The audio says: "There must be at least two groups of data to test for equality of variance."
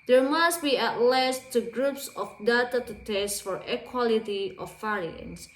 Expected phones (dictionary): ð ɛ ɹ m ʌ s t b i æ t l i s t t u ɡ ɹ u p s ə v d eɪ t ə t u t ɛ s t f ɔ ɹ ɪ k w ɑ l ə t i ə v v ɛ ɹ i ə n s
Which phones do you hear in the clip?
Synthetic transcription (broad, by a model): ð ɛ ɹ m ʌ s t b i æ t l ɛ s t t u ɡ ɹ u p s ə f d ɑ t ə t u t ɛ s t f ɔ ɹ ɪ k w ɑ l ə t i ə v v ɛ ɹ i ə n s